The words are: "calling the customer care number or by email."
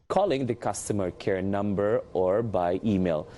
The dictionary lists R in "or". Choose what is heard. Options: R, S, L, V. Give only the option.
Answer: R